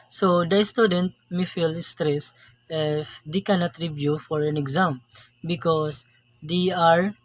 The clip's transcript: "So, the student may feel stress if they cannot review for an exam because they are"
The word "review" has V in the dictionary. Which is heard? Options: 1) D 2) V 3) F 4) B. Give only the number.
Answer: 4